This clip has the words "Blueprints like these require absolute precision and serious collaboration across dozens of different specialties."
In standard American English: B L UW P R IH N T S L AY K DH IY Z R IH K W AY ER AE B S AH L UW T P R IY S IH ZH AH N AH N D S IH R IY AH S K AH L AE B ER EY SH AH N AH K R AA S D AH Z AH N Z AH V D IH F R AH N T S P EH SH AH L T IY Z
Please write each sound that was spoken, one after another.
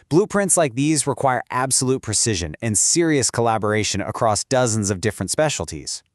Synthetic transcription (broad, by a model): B L UW P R IH N T S L AY K DH IY Z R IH K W AY ER AE B S AH L UW T P R IY S IH ZH AH N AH N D S IH R IY AH S K AH L AE B ER EY SH AH N AH K R AA S D AH Z AH N Z AH V D IH F R AH N T S P EH SH L T IY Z